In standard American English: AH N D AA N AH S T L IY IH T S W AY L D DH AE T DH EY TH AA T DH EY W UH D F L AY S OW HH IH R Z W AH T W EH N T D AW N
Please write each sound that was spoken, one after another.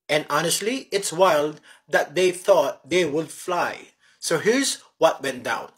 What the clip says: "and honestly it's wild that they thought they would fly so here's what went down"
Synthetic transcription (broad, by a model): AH N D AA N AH S T L IY IH T S W AY L D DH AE T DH EY TH AA T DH EY W UH D F L AY S OW HH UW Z W AH T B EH N D AW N